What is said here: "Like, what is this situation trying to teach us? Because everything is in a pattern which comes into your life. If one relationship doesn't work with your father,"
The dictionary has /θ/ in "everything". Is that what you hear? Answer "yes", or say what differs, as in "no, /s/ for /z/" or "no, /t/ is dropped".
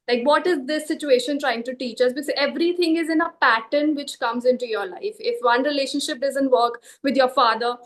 no, /t/ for /θ/